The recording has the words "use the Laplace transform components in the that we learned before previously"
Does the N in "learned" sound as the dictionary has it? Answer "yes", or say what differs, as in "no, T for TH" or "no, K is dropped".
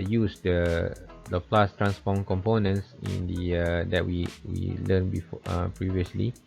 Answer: no, L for N